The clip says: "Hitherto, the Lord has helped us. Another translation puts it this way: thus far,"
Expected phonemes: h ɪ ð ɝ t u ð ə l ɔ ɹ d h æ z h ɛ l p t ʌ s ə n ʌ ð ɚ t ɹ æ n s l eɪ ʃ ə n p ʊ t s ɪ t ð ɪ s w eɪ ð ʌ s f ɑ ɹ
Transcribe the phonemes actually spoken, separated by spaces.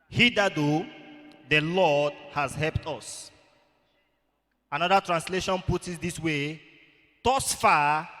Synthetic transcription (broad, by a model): h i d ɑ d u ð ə l ɔ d h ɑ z h ɛ l p t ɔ s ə n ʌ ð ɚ t ɹ æ n s l eɪ ʃ ə n p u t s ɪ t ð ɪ s w eɪ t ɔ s f ɑ